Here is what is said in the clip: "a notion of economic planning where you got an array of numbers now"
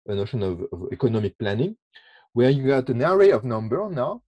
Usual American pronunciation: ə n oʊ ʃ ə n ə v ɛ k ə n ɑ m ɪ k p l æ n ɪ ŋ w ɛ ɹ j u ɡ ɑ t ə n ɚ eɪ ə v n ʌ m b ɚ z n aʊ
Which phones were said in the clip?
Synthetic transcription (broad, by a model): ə n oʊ ʃ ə n ə v ɛ k ə n ɑ m ɪ k p l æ n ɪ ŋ w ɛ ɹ j u ɡ ɑ t ə n ɚ eɪ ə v n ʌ m b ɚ n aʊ